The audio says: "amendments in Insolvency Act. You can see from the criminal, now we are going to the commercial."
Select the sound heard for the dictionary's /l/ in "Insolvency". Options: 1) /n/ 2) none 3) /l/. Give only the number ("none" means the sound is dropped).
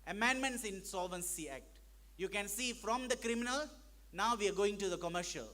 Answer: 3